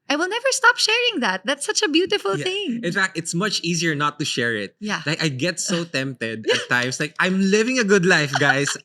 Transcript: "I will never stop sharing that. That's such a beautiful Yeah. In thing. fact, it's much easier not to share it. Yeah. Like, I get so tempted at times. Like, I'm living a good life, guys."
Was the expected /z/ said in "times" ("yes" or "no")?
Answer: no